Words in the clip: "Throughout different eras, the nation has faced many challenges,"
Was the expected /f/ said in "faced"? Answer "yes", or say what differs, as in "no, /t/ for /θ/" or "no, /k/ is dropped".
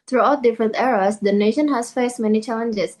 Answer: yes